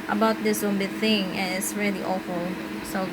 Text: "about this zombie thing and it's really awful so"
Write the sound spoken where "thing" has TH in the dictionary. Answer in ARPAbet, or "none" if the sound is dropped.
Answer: TH